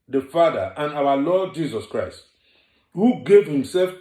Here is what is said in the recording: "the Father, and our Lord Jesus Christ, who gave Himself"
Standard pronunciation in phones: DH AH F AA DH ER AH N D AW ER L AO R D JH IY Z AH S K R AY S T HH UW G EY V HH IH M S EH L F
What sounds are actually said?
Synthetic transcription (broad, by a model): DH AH F AA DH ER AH N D AW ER L AO D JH IY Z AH S K R AY S T HH UW G EY V HH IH M S EH L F